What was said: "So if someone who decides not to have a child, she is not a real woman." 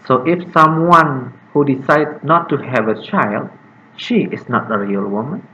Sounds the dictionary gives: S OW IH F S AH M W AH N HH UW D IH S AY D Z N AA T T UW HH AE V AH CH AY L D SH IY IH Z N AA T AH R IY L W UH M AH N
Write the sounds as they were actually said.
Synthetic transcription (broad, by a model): S OW IH F S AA M W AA N HH UW D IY S AY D N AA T T UW HH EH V AH CH AY L D SH IY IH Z N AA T AH R IY L W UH M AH N